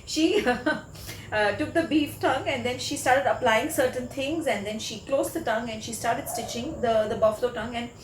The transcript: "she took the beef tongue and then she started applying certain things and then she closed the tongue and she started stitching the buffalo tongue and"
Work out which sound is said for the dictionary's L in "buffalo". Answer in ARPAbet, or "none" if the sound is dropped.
L